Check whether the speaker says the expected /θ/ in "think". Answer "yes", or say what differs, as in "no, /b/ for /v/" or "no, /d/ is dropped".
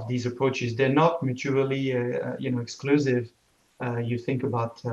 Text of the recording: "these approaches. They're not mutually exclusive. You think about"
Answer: yes